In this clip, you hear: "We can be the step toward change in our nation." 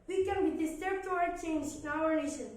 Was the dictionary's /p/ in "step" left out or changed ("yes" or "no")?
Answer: yes